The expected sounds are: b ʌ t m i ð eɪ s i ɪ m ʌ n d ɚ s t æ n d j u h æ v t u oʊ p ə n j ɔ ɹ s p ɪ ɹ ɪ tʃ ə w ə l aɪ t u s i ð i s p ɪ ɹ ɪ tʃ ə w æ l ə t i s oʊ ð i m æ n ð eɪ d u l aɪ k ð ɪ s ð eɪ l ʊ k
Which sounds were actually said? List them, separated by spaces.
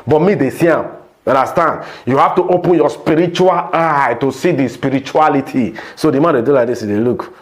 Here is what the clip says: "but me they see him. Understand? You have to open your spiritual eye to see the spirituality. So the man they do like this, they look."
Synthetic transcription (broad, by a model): b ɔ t m i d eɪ s i ɪ m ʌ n d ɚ s t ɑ n d j u h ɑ f t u oʊ p ə n j ɔ s p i ɹ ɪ tʃ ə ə l aɪ t u s i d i s p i ɹ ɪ tʃ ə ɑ l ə t i s oʊ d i m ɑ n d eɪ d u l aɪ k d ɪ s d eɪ l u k